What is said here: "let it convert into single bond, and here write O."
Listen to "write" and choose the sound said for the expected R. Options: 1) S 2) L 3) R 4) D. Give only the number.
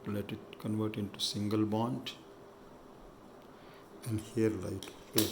2